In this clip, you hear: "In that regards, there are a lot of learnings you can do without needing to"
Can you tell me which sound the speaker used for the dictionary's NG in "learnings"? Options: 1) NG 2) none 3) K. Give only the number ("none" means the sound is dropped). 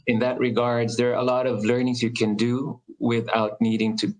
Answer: 1